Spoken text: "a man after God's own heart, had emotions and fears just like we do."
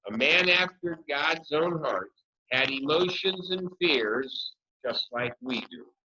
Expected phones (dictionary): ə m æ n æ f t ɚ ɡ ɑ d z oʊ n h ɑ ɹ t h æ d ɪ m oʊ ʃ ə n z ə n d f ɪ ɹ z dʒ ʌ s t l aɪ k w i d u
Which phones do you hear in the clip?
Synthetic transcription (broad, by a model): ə m æ n æ f t ɚ ɡ ɑ d z oʊ n h ɑ ɹ t h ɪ d ɪ m oʊ ʃ ə n z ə n f ɪ ɹ z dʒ ʌ s t l aɪ k w i d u